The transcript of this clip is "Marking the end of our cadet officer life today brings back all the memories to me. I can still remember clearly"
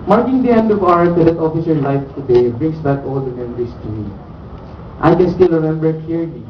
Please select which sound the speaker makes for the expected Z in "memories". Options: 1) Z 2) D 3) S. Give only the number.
3